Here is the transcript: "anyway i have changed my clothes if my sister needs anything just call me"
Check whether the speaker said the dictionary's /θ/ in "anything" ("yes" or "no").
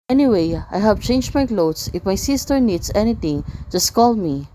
no